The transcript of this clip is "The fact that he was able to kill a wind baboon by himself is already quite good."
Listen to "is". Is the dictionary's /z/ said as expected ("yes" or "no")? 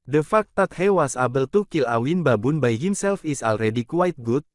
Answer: no